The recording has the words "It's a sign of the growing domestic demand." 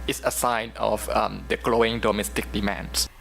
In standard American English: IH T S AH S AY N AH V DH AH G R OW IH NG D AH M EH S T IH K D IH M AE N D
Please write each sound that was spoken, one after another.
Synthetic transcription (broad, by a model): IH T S AH S AY N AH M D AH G L OW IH NG D AH M EH S T IH K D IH M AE N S